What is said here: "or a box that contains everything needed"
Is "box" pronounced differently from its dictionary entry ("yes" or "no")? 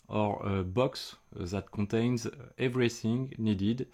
no